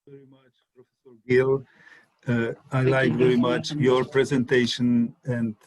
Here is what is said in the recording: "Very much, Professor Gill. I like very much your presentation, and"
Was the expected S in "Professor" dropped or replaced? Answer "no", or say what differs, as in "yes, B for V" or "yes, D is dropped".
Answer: no